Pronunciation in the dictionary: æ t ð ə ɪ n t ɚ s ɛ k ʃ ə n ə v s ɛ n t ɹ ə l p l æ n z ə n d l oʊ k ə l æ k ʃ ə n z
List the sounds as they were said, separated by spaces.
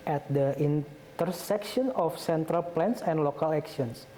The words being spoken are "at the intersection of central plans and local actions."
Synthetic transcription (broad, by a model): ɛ t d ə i n t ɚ s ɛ k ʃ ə n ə f s ɛ n t ɹ ə l p l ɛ n s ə n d l oʊ k ə l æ k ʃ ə n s